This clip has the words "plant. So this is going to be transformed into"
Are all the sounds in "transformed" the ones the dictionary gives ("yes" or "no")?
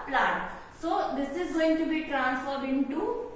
no